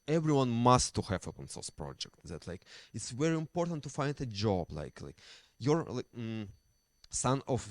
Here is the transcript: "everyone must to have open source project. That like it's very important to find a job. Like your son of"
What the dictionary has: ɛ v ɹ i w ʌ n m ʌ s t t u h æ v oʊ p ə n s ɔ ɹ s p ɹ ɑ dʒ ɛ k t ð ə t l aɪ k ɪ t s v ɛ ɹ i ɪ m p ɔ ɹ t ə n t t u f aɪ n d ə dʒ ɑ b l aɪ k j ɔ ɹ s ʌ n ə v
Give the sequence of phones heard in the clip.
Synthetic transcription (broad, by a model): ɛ v ɹ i w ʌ n m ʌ s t t u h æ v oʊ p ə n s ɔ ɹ s p ɹ ɑ dʒ ɛ k t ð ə t l aɪ k ɪ t s v ɛ ɹ i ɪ m p ɔ ɹ t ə n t t u f aɪ n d ə dʒ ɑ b l aɪ k j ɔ ɹ s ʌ n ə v